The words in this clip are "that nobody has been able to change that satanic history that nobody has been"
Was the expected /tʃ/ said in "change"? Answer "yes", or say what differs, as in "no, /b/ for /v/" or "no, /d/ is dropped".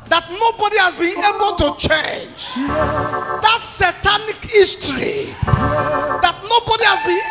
yes